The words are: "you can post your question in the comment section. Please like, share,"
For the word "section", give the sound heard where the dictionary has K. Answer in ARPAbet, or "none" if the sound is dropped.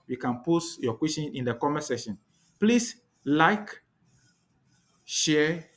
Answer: none